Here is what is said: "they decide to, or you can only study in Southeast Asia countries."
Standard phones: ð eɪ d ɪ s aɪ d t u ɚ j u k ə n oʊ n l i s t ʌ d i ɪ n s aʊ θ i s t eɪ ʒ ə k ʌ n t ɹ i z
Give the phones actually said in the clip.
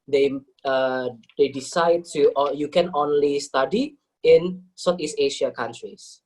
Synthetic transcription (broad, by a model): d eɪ d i s aɪ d t u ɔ j u k ə n oʊ n l i s t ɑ d i ɪ n s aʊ t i s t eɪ ʃ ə k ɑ n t ɹ i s